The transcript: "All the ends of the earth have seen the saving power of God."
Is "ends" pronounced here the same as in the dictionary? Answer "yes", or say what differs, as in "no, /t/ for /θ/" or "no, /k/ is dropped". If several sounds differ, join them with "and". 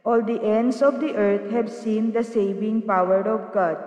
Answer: no, /s/ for /z/